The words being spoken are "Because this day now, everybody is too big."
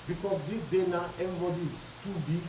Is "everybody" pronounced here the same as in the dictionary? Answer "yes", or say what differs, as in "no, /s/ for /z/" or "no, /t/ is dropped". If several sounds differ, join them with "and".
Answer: no, /ɹ/ is dropped